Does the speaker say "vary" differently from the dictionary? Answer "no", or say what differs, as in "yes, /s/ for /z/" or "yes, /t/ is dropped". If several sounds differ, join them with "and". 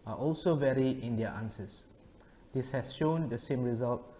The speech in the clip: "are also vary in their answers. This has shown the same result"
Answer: no